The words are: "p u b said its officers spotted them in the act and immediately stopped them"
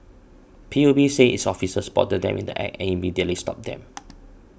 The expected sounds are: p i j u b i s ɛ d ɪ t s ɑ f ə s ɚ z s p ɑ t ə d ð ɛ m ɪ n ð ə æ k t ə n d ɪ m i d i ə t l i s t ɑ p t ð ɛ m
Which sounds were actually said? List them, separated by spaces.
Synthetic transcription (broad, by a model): p i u b i s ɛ ɪ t s ɑ f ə s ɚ s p ɑ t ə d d ɛ m ɪ n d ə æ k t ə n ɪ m i d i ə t l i s t ɑ p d ɛ m